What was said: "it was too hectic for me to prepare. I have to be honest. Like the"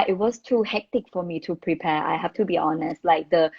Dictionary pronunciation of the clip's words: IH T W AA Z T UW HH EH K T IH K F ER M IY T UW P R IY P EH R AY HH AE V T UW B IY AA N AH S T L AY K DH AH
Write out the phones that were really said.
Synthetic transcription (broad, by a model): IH T W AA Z T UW HH EH K T IH K F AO M IY T UW P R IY P EH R AY HH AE F T UW B IY AA N AH S T L AY K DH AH